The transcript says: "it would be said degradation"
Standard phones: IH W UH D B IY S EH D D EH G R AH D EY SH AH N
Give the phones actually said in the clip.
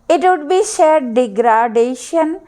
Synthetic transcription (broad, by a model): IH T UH D B IY SH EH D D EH G R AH D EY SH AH N